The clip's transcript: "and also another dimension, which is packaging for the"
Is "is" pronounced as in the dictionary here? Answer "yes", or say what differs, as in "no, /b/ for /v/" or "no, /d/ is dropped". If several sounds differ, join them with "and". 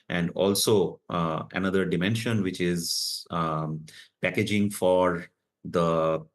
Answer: yes